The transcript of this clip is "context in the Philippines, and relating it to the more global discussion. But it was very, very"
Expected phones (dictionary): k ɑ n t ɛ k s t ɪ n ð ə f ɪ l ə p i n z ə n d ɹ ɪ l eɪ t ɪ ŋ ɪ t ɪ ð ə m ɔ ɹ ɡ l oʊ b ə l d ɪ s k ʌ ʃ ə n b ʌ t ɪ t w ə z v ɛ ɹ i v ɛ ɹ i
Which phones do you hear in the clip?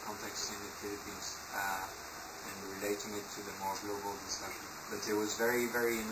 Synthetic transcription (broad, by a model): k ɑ n t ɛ k s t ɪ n ð ə f ɪ l ə p i n z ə n ɹ ɪ l eɪ t ɪ ŋ ɪ t ɪ ð ə m ɔ ɹ ɡ l oʊ b ə l d ɪ s k ʌ ʃ ə n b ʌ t ɪ t w ə z v ɛ ɹ i v ɛ ɹ i